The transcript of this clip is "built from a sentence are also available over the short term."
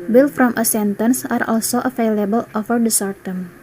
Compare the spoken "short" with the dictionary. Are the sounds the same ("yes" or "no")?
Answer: no